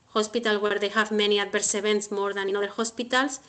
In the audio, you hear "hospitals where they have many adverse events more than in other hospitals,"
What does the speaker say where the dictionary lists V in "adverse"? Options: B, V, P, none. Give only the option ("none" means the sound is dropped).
B